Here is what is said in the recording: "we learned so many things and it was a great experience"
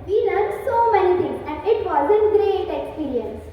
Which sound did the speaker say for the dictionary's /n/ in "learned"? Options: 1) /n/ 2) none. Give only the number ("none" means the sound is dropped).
2